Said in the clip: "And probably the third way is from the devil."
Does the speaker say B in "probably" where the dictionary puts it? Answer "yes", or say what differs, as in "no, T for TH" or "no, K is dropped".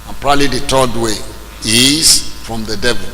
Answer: no, B is dropped